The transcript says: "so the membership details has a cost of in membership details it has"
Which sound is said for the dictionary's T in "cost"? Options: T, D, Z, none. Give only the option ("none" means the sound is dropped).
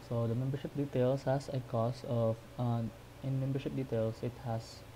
none